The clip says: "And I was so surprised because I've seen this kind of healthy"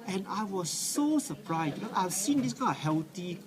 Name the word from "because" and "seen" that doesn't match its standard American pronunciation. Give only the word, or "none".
because